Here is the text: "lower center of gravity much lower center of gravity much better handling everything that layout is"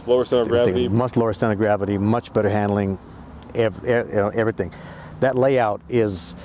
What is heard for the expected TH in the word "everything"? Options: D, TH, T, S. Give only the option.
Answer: TH